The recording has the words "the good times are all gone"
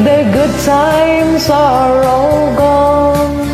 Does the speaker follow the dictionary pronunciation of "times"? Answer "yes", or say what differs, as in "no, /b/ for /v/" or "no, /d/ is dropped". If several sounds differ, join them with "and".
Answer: no, /s/ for /z/